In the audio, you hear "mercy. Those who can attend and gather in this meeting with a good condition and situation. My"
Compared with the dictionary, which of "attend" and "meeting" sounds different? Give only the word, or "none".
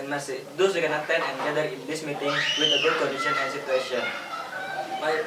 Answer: attend